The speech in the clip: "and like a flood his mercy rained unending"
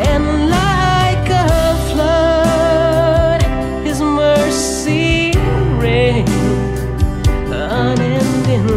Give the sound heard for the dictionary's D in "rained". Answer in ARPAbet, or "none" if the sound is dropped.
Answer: none